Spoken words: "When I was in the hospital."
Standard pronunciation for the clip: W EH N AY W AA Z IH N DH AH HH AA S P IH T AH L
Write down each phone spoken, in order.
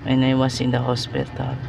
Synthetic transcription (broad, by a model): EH N AY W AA S IH N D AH HH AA S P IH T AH L